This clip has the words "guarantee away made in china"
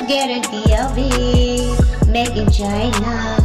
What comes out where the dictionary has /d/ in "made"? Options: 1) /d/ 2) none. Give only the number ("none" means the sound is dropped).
2